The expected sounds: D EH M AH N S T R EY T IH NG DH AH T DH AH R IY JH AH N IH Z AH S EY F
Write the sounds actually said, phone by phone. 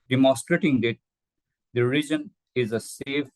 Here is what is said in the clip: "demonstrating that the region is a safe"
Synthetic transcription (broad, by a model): D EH M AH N S T R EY T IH NG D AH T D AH R IY JH AH N IH Z AH S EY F